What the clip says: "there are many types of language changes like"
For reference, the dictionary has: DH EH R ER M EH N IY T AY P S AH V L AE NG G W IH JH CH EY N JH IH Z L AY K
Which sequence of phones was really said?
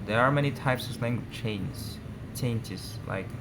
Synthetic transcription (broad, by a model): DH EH R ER M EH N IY T AY P S AH V L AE NG G W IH CH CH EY N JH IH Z L AY K